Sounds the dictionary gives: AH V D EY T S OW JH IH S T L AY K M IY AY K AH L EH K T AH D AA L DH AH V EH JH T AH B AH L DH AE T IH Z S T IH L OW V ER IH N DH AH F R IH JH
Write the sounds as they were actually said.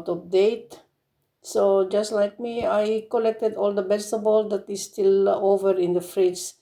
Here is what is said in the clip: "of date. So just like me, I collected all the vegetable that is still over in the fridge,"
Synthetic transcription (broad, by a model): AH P D EY T S OW JH IH S T L AY K M IY AY K AH L EH K T AH D AA L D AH B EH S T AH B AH L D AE T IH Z S T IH L OW V ER IH N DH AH F R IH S